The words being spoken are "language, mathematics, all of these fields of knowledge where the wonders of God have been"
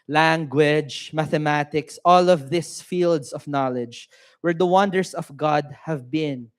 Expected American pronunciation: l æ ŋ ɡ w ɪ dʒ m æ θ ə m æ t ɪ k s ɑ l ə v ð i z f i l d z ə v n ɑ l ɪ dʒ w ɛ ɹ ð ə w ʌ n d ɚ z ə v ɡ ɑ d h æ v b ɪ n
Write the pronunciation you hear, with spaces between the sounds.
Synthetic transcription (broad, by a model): l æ ŋ ɡ w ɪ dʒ m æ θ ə m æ t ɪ k s ɑ l ə v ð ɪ s f i l d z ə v n ɑ l ɪ dʒ w ɛ ɹ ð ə w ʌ n d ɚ s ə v ɡ ɑ d h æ v b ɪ n